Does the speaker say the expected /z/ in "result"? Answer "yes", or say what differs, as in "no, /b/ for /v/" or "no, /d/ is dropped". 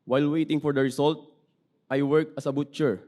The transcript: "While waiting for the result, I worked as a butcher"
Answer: no, /s/ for /z/